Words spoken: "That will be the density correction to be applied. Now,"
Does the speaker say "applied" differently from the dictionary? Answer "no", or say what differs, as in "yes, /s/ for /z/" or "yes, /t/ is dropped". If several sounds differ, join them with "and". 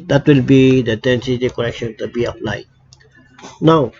yes, /f/ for /p/